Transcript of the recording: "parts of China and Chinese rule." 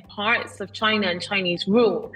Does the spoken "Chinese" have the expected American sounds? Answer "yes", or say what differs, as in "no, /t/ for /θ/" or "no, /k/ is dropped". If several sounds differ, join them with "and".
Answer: yes